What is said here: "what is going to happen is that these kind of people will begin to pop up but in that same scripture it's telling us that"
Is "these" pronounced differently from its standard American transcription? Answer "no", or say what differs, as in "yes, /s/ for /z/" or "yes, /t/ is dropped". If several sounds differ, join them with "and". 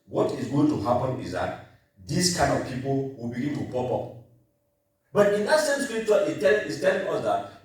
yes, /s/ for /z/